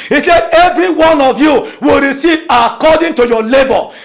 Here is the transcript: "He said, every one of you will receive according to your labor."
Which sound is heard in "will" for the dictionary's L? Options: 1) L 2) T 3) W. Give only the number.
1